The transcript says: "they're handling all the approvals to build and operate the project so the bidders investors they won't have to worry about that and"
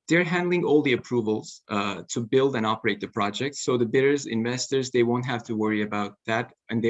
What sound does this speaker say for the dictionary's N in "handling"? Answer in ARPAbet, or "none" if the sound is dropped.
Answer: N